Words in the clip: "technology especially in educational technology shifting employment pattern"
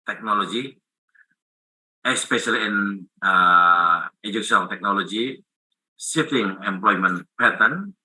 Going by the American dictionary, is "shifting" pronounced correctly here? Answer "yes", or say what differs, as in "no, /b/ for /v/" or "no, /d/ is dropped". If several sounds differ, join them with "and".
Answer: no, /s/ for /ʃ/